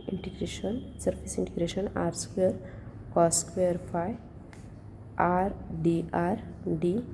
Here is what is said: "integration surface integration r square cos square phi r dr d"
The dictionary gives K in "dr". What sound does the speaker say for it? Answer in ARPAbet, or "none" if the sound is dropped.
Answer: none